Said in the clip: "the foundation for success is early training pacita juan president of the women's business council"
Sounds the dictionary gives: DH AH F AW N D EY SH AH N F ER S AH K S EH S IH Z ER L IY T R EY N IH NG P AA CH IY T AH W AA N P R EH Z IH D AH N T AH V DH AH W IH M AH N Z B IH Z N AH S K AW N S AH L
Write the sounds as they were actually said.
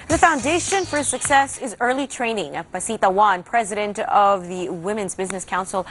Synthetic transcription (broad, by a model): DH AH F AW N D EY SH AH N F ER S AH K S EH S IH Z ER L IY T R EY N IH NG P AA S IY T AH W AA N P R EH Z IH D AH N T AH V DH AH W IH M AH N Z B IH Z N AH S K AW N S L